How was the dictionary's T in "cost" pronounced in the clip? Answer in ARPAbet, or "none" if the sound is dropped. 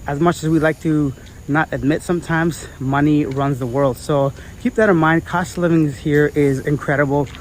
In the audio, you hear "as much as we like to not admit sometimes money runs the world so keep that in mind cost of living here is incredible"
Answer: T